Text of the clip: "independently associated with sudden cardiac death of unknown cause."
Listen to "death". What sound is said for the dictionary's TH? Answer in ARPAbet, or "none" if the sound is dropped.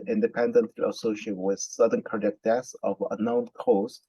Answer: S